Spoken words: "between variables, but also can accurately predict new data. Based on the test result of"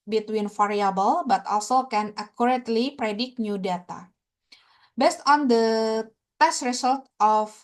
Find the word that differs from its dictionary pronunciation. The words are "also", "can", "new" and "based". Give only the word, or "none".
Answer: none